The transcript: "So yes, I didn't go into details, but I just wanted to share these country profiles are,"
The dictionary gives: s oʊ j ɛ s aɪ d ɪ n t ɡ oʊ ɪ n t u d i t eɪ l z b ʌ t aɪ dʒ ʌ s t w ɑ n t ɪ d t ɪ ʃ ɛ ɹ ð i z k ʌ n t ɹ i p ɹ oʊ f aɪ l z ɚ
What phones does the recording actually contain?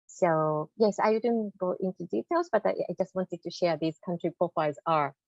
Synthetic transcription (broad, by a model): s oʊ j ɛ s aɪ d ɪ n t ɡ oʊ ɪ n t u d i t eɪ l z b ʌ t aɪ dʒ ʌ s t w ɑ n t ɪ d t ɪ ʃ ɛ ɹ ð i z k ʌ n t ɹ i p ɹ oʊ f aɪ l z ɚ